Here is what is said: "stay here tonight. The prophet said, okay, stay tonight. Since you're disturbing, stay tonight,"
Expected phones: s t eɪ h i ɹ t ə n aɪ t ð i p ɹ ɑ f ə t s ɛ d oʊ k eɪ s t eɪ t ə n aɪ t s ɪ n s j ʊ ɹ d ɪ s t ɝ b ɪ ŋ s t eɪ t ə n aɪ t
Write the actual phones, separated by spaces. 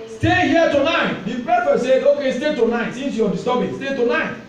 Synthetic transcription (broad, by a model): s t eɪ h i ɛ t ə n aɪ t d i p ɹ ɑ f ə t s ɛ oʊ k eɪ s t eɪ t ə n aɪ t s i n s j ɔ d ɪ s t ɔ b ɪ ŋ s t eɪ t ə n aɪ t